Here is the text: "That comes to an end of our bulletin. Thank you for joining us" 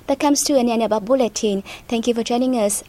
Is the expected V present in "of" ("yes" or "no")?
no